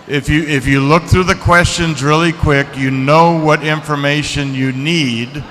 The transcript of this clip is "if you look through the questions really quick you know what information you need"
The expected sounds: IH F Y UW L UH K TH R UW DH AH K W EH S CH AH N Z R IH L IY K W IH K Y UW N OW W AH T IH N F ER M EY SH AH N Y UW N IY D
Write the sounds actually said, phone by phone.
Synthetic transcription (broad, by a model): IH F Y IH L UH K TH R UW DH AH K W EH S CH AH N Z R IH L IY K W IH K Y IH N OW W AH T IH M F ER M EY SH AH N Y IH N IY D